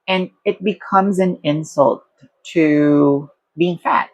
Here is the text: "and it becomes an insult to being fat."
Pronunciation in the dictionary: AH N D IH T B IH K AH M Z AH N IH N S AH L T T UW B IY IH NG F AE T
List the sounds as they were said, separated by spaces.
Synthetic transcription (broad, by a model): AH N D IH T B IH K AH M Z AH N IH N S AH L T T UW B IY IH NG F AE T